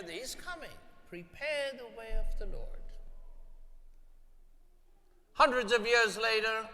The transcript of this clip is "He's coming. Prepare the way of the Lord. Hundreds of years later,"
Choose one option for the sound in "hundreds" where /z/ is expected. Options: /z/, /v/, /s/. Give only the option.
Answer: /z/